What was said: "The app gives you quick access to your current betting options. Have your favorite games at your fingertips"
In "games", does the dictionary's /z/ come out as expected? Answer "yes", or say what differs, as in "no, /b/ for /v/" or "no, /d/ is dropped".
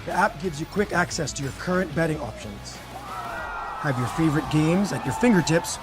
yes